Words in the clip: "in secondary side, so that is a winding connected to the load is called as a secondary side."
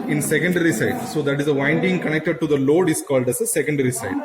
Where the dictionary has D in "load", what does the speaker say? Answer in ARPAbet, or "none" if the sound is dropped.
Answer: D